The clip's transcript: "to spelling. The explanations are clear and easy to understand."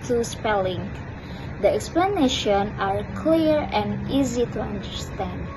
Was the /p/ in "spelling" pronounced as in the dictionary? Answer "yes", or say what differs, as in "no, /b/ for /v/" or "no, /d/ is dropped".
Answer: yes